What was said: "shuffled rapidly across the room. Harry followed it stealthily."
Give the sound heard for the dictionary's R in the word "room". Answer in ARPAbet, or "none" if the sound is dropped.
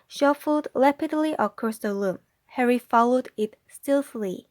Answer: L